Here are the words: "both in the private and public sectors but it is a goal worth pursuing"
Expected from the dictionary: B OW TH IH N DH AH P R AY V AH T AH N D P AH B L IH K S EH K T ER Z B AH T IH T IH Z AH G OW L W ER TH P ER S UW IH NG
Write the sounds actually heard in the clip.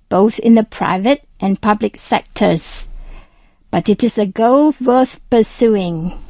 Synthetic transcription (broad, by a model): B OW TH IH N DH AH P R AY V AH T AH N P AH B L IH K S EH K T ER Z B AH T IH T IH Z AH G OW L W ER TH P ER S UW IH NG